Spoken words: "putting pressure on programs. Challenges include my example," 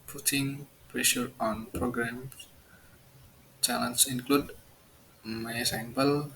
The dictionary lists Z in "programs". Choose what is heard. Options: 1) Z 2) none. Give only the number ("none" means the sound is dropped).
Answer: 2